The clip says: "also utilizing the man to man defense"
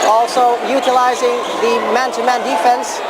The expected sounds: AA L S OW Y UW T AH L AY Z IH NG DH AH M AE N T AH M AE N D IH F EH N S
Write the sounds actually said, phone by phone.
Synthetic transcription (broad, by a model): AA L S OW Y UW T AH L AY Z IH NG DH AH M AE N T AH M AE N D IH F EH N S